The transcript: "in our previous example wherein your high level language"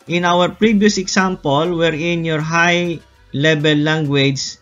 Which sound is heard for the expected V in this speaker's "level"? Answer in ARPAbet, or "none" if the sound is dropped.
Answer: B